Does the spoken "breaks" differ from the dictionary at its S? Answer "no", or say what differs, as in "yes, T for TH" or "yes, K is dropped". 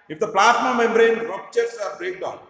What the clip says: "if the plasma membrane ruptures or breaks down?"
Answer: yes, S is dropped